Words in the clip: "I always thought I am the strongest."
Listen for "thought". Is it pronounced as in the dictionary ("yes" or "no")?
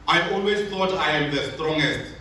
no